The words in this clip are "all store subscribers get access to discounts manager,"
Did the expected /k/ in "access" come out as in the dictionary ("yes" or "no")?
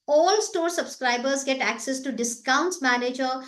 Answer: yes